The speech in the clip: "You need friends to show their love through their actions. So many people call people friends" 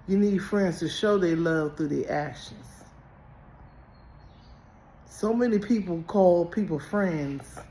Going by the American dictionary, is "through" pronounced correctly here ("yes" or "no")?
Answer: yes